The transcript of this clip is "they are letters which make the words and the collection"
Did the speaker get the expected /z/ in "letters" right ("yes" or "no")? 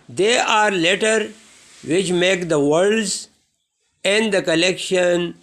no